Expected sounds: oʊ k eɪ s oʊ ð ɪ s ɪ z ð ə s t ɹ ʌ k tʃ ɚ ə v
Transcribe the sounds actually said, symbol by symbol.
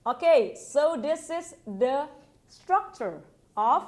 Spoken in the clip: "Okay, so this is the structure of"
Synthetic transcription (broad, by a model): oʊ k eɪ s oʊ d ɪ s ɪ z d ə s t ɹ ʌ k tʃ ɚ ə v